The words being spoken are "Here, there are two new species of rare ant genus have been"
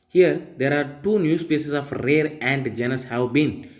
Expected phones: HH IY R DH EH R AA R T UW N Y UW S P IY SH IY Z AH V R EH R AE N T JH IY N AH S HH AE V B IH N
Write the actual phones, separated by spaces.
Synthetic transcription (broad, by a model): HH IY R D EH R AA R T UW N Y UW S P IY S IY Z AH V R EH R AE N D JH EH N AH S HH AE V B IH N